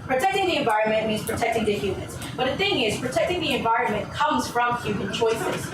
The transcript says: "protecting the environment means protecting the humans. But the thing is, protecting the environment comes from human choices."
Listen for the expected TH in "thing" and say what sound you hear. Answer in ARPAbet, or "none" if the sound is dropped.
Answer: TH